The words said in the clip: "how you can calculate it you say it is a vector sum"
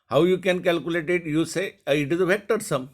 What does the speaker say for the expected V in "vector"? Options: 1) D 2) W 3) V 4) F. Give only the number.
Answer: 4